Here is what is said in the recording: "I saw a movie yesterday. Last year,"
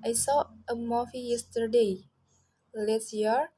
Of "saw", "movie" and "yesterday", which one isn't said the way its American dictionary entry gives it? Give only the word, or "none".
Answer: movie